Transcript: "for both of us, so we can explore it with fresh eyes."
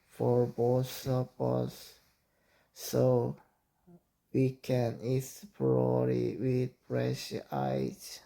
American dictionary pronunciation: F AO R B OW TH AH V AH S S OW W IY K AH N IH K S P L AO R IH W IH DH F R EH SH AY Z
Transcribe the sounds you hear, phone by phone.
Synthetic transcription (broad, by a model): F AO R B OW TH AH P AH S S OW W IY K AH N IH S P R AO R IH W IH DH P R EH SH AY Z